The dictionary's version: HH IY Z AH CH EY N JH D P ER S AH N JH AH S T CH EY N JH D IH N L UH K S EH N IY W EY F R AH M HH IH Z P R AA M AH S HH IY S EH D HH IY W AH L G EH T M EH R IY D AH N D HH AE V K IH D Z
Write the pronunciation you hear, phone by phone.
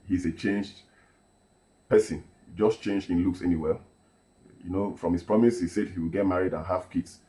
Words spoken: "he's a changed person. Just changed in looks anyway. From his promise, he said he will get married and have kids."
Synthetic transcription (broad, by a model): HH IY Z AH CH EY N JH D P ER S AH N JH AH S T CH EY N JH D IH N L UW K S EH N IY W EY F R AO M HH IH S P R AA M AH S HH IY S EH D HH IY W AH L G EH T M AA R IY D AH N HH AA F K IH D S